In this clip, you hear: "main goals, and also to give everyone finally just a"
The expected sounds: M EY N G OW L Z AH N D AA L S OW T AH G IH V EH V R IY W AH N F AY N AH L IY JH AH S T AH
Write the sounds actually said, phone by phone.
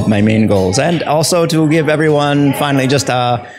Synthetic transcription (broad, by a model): M EY N G OW L Z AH N AA L S OW T AH G IH V EH V R IY W AH N F AY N L IY JH AH S T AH